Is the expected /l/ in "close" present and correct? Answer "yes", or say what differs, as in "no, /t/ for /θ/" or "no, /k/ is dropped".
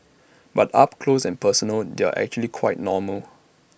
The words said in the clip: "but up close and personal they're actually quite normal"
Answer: yes